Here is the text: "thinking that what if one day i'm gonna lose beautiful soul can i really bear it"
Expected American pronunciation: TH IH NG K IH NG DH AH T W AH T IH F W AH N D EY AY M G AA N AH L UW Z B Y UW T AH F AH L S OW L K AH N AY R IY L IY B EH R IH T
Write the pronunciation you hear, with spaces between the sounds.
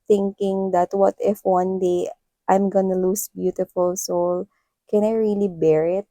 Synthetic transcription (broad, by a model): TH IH NG K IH NG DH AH T W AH T IH F W AH N D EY AY M G AA N AH L UW S B Y UW T AH F AH L S OW L K AH N AY R IY L IY B EH R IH T